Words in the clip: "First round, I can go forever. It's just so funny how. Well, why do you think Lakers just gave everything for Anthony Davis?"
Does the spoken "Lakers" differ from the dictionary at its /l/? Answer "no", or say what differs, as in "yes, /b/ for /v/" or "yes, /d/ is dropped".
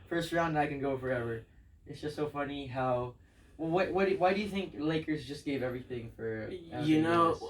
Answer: no